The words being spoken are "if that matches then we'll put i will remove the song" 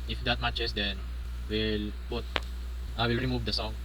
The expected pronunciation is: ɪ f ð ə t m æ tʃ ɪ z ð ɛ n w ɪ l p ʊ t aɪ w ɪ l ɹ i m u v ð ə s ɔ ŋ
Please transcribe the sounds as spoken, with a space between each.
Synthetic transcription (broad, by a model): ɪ f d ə t m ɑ tʃ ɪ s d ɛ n w ɪ l b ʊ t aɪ w ɪ l ɹ i m u v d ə s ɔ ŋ